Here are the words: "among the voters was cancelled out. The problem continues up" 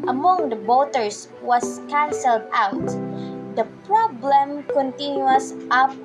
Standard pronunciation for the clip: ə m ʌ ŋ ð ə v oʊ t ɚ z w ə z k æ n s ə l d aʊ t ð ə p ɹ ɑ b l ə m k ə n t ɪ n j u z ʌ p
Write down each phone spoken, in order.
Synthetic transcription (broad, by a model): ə m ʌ ŋ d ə b oʊ t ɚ s w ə s k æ n s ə l d aʊ t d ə p ɹ ɑ b l ə m k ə n t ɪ n j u s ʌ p